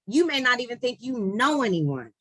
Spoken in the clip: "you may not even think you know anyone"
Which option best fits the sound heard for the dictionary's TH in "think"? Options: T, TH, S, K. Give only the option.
TH